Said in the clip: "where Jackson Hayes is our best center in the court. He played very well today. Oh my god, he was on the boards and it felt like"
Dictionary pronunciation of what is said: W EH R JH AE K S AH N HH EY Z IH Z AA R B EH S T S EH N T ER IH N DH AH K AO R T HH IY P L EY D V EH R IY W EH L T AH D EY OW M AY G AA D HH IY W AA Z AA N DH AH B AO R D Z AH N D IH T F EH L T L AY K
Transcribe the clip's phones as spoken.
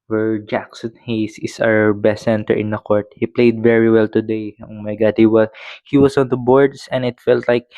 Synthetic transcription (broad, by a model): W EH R JH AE K S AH N HH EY S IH S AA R B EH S S EH N T ER IH N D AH K AO R T HH IY P L EY D V EH R IY W EH L T AH D EY OW M AY G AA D HH IY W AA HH AA N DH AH B AO R D S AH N IH T F EH L T L AY K